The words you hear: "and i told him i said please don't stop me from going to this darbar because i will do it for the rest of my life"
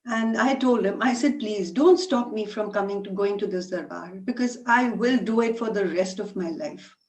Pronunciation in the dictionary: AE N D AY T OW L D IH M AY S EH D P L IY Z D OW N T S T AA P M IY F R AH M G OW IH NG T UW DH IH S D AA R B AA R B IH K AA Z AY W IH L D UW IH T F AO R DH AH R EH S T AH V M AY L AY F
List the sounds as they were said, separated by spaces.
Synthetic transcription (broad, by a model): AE N D AY T OW L D IH M AY S EH D P L IY Z D OW N T S T AA P M IY F R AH M G OW IH NG T UW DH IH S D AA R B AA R B IH K AA Z AY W IH L D UW IH T F AO R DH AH R EH S T AH V M AY L AY F